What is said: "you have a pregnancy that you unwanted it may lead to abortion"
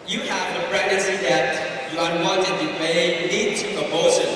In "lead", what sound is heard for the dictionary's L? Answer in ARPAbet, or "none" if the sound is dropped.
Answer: N